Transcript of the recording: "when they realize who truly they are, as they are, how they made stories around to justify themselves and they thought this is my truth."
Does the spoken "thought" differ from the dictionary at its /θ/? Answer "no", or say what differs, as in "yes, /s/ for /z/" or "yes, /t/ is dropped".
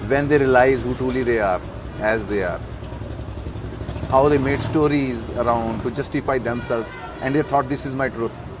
yes, /t/ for /θ/